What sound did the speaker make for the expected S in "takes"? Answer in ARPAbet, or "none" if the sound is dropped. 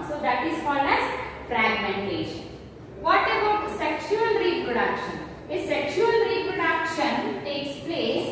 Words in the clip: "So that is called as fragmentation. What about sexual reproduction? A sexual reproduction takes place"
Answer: S